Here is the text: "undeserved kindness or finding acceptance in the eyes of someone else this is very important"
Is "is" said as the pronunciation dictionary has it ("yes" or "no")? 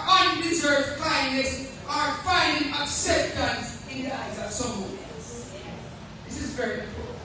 yes